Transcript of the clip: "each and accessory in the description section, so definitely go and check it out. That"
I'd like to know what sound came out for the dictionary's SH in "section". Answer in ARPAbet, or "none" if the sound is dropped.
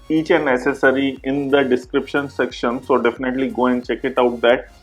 SH